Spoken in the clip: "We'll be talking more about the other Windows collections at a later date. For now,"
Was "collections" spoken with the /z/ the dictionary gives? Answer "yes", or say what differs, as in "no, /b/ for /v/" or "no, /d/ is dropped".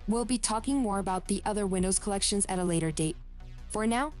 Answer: yes